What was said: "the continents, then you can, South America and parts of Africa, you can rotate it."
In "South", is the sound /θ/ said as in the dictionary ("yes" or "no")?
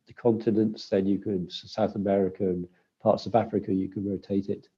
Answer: yes